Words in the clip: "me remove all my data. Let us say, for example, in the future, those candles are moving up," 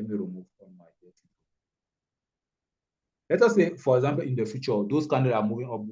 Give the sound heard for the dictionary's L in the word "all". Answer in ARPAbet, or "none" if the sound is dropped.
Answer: N